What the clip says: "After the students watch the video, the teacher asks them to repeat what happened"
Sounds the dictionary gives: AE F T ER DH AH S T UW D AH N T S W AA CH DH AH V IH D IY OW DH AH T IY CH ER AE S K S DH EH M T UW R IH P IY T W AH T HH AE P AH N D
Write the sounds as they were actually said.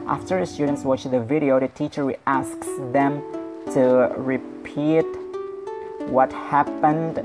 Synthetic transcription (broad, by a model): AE F T ER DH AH S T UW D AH N T S W AA CH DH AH V IH D IY OW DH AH T IY CH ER AE S K S DH EH M T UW R IH P IY T W AH T HH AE P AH N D